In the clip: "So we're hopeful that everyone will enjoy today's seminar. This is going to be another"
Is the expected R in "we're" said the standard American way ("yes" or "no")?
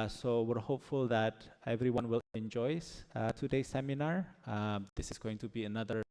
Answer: yes